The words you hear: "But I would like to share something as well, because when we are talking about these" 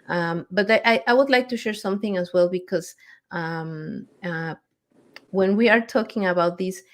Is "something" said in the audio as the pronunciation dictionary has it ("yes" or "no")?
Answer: yes